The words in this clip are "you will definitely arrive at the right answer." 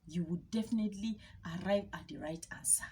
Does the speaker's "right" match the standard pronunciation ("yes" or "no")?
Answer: yes